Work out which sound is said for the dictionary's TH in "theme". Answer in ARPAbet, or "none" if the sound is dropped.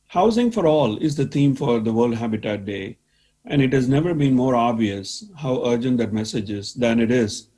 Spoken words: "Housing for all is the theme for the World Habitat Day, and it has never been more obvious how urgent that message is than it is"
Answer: T